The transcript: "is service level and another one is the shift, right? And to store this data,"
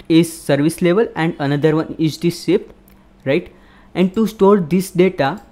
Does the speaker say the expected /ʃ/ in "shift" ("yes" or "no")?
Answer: no